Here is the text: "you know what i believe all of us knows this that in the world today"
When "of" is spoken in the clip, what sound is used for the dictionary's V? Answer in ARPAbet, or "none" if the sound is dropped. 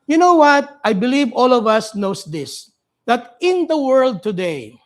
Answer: V